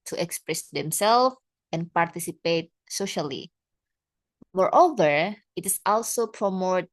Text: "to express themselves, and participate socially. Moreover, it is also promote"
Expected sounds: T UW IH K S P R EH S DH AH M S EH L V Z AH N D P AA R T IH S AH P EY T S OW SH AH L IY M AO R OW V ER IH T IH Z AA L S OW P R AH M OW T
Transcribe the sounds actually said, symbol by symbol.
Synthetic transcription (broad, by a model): T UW IH K S P R EH S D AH M S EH L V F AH N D P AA R T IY S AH P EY T S OW SH AH L IY M AO R OW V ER IH T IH S AA L S OW P R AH M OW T